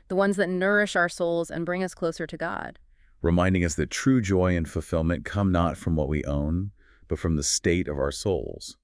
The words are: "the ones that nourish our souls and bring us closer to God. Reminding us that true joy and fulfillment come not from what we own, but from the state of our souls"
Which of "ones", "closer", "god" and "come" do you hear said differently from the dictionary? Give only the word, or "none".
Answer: none